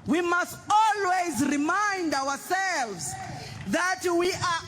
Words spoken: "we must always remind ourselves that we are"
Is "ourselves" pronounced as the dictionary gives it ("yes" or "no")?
no